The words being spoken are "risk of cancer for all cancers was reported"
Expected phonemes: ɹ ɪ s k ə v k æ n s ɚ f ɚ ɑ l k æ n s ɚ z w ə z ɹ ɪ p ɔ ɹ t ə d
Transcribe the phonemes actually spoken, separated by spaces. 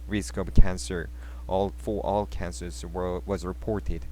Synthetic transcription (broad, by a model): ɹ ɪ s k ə b k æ n s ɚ f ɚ ɑ l k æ n s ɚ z w ə z ɹ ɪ p ɔ ɹ t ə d